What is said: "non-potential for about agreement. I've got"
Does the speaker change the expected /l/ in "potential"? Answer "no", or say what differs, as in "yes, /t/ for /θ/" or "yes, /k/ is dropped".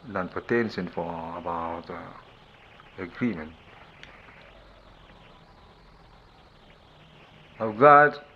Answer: yes, /n/ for /l/